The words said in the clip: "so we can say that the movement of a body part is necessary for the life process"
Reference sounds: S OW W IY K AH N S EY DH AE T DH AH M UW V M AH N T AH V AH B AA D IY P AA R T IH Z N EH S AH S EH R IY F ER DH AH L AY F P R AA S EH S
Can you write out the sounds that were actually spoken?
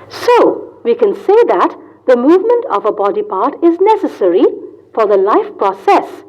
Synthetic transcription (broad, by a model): S OW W IY K AH N S EY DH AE T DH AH M UW V M AH N T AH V AH B AA D IY P AA R T IH Z N EH S AH S EH R IY F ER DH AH L AY F P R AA S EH S